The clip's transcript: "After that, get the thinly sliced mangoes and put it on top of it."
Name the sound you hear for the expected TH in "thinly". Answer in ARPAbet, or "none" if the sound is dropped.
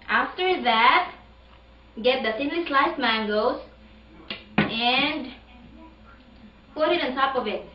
S